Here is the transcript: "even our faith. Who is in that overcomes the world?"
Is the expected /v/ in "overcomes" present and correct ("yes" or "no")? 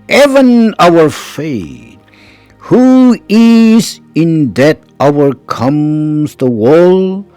no